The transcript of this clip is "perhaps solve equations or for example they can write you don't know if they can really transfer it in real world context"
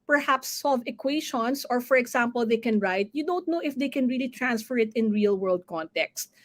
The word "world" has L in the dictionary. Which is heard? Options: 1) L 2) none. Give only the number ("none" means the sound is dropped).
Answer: 1